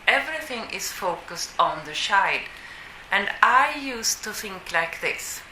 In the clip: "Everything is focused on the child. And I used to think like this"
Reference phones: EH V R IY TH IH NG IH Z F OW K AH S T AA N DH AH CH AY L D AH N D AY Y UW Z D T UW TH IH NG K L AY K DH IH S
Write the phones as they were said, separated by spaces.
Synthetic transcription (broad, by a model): EH V R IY TH IH NG IH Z F OW K AH S T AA N DH AH SH AY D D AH N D AY Y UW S T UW TH IH NG K L AY K DH IH S